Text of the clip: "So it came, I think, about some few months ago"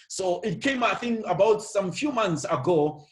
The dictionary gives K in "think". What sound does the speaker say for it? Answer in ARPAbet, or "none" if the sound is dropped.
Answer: none